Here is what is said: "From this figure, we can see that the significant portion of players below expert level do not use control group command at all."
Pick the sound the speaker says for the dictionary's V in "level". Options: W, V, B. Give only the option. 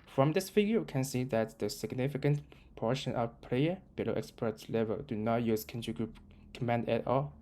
V